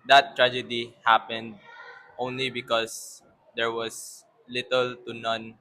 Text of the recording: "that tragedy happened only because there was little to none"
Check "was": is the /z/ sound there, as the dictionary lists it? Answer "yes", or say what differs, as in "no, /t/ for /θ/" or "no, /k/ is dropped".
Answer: no, /s/ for /z/